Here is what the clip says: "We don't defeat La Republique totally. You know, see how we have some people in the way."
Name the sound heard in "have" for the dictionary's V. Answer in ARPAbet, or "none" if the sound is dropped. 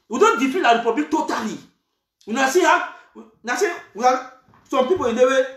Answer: W